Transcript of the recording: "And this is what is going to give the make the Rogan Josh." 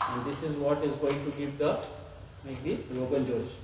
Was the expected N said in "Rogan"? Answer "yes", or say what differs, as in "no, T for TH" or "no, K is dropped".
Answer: no, L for N